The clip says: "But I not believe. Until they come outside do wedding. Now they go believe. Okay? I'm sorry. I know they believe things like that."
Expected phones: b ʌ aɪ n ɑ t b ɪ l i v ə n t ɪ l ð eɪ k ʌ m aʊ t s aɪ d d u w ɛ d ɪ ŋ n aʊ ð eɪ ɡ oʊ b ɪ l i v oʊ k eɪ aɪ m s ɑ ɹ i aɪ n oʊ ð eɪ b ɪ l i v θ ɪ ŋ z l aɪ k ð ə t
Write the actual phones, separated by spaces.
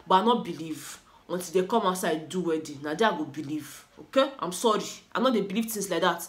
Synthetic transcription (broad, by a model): b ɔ aɪ n ɑ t b ɪ l i v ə n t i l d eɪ k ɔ m aʊ t s aɪ d d u w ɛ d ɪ n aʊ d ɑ ɡ oʊ b ɪ l i v oʊ k eɪ aɪ m s ɑ ɹ i aɪ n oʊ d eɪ b ɪ l i v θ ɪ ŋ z l aɪ k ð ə t